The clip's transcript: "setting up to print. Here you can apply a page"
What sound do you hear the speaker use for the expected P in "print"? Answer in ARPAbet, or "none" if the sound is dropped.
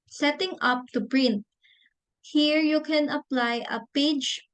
B